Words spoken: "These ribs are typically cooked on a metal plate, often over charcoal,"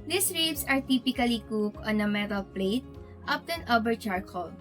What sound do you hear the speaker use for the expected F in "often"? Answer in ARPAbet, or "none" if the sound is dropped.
P